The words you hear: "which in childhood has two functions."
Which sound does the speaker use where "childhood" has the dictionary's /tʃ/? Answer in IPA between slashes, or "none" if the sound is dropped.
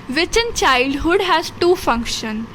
/tʃ/